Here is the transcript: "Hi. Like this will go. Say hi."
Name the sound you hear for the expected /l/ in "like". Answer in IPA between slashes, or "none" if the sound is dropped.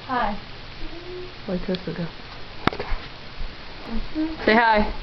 /w/